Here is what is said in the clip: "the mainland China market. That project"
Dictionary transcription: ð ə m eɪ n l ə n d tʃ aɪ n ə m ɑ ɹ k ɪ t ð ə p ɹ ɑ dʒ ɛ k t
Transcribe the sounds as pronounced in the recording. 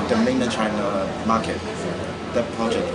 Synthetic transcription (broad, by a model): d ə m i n ə tʃ aɪ n ə m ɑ k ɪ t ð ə p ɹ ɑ dʒ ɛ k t